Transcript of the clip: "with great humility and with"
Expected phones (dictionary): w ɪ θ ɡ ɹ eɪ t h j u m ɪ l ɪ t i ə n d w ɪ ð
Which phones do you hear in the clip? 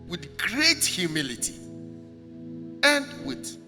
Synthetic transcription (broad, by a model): w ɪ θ ɡ ɹ eɪ t h j u m ɪ l ɪ t i ə n d w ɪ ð